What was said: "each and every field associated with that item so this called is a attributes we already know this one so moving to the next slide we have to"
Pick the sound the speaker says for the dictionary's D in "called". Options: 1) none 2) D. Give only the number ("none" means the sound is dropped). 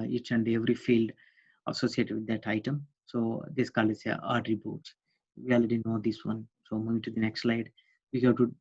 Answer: 1